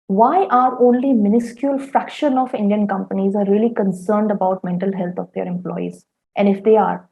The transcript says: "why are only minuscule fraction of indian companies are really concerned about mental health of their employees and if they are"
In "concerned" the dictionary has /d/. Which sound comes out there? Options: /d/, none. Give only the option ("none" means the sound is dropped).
/d/